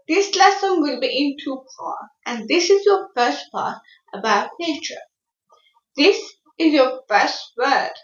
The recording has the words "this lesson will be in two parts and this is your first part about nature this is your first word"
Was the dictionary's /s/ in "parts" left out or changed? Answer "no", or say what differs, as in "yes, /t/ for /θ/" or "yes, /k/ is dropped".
yes, /s/ is dropped